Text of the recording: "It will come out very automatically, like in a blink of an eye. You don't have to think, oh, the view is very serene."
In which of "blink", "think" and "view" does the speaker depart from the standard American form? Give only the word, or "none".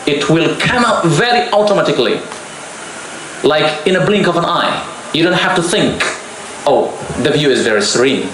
none